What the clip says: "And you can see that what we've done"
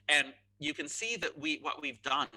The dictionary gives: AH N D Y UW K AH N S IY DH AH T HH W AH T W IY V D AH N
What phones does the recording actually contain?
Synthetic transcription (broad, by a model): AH N Y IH K AH N S IY DH AH T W W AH T W IY V D AH N